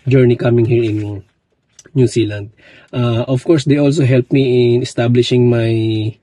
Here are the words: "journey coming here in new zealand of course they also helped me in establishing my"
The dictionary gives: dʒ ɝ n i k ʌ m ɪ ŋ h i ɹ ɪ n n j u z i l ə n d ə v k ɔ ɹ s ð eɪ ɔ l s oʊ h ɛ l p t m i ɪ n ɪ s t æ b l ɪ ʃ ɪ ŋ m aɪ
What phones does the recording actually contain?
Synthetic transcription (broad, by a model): dʒ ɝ n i k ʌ m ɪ ŋ h i ɹ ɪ n n j u s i l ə n d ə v k ɔ ɹ s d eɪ ɔ l s oʊ h ɛ l p m i ɪ n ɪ s t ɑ b l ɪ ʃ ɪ ŋ m aɪ